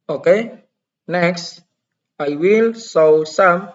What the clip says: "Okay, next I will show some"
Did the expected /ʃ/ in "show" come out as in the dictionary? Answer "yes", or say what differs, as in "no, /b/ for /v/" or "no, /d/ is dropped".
no, /s/ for /ʃ/